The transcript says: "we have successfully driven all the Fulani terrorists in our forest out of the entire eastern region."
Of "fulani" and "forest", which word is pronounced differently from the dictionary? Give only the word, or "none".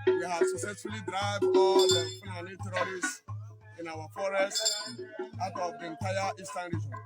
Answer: fulani